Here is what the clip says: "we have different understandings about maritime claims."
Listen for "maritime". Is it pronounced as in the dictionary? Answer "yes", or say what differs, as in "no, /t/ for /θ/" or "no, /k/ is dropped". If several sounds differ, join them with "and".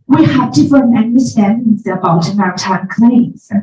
no, /ɹ/ is dropped